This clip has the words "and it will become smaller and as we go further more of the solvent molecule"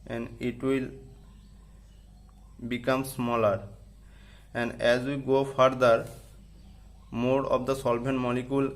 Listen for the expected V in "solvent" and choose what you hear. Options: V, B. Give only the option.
B